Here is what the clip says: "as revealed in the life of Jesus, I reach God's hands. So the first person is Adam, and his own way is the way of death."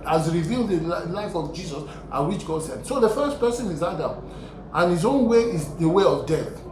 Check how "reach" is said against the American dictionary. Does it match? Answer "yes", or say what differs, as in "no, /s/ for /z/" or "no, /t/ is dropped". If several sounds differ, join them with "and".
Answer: no, /w/ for /ɹ/